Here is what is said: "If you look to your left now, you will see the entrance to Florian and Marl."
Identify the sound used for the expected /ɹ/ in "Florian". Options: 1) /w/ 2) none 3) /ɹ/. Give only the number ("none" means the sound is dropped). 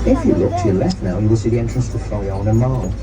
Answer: 2